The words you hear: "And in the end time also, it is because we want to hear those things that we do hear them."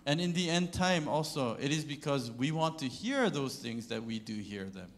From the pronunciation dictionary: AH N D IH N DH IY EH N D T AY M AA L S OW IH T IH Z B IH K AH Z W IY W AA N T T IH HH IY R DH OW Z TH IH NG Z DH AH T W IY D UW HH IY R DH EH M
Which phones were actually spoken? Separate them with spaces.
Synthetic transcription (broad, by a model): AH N IH N DH IY EH N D T AY M AA L S OW IH T IH Z B IH K AH Z W IY W AA N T T IH HH IY R DH OW Z TH IH NG Z DH AH T W IY D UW HH IY R DH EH M